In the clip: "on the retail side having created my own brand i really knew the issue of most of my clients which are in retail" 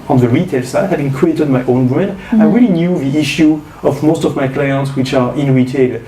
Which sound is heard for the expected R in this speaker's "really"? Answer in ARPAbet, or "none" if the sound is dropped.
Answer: R